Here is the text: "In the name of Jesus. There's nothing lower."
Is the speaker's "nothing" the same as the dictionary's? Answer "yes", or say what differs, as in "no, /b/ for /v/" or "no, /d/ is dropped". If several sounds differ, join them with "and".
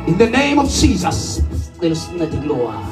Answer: no, /t/ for /θ/